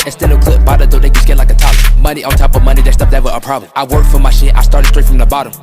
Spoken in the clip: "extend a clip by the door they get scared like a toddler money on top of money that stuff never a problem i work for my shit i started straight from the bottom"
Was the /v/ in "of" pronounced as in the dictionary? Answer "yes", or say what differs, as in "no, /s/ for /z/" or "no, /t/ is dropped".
yes